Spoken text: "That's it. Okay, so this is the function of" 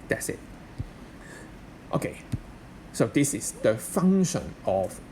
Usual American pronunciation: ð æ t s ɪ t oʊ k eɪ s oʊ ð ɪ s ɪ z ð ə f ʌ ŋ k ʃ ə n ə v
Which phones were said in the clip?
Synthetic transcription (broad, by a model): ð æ t s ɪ t oʊ k eɪ s oʊ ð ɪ s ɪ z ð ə f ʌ ŋ ʃ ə n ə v